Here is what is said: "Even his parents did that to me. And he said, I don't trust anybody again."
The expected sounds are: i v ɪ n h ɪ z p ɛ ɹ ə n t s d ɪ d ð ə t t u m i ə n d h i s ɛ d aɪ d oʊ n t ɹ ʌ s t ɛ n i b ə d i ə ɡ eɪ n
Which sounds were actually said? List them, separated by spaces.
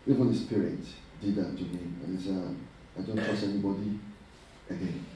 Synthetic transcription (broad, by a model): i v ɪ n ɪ s p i ɹ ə t d ɪ d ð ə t t u m i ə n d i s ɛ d aɪ d oʊ n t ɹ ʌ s ɛ n i b ə d i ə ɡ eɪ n